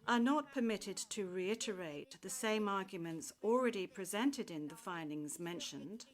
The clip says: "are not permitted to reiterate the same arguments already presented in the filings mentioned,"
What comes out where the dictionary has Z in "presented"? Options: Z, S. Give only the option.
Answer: Z